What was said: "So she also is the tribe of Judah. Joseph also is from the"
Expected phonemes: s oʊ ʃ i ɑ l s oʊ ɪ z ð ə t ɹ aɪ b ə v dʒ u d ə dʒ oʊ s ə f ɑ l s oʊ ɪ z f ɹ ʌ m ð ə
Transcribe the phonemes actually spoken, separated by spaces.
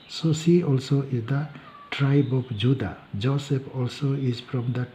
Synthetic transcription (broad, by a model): s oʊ s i ɑ l s oʊ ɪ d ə t ɹ aɪ b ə p dʒ u d ə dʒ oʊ s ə p ɑ l s oʊ ɪ z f ɹ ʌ m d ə